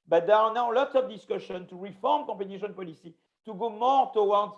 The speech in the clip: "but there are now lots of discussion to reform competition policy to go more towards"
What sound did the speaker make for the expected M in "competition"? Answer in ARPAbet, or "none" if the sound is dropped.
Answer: none